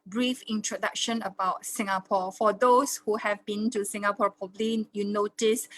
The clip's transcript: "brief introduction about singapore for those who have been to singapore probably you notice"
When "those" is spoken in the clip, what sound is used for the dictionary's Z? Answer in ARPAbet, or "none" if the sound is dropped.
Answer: S